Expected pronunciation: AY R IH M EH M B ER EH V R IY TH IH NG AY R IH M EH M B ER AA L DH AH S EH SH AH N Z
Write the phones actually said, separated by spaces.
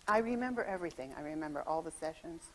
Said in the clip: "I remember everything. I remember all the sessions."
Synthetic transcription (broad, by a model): AY R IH M EH M B ER EH V R IY TH IH NG AY R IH M EH M B ER AA L DH AH S EH SH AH N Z